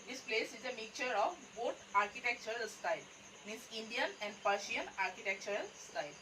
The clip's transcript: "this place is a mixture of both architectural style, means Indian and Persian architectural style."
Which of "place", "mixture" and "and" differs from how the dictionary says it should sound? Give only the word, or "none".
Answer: mixture